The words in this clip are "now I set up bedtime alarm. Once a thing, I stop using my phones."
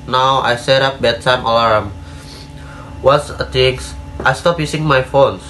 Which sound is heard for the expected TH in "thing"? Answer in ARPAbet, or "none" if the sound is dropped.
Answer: T